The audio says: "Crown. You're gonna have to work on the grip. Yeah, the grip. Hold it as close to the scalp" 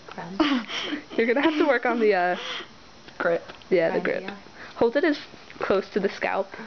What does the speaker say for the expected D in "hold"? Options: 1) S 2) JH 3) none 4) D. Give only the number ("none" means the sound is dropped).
4